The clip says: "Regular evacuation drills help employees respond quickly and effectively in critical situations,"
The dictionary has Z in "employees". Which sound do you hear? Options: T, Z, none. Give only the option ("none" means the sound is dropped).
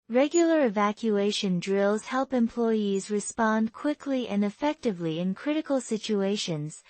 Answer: Z